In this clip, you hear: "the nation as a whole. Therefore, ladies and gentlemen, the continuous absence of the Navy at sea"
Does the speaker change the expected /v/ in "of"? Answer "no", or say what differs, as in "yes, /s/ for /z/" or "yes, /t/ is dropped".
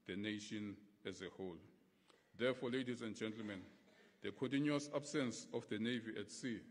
yes, /f/ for /v/